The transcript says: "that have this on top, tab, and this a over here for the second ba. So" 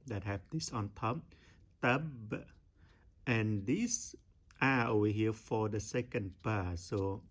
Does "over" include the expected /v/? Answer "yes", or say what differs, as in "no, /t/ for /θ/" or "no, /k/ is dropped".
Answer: no, /v/ is dropped